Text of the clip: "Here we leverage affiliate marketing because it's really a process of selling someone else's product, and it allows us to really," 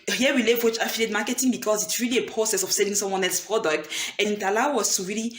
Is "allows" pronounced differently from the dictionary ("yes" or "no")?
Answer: yes